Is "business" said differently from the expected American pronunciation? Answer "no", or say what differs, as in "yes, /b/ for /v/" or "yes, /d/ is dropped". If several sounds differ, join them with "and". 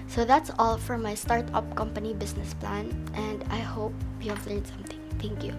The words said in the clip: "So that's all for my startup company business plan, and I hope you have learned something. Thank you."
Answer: yes, /s/ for /z/